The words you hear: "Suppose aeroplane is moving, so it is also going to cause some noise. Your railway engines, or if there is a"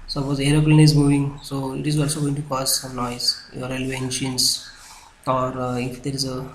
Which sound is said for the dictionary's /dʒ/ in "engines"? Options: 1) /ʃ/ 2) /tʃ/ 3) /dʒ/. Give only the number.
1